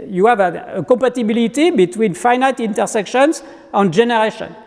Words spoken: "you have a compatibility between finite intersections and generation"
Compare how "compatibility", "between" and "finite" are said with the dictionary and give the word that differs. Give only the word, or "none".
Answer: compatibility